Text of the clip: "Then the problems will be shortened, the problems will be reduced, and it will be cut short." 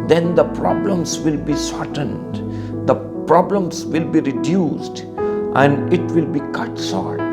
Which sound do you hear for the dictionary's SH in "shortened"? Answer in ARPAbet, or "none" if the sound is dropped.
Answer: S